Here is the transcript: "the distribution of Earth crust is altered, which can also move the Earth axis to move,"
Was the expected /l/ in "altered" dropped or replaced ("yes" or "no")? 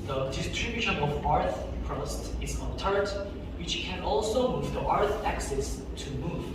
yes